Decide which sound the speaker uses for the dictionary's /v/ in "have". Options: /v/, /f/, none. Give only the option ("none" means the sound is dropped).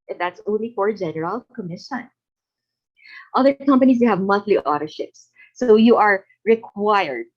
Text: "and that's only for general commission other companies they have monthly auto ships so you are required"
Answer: /v/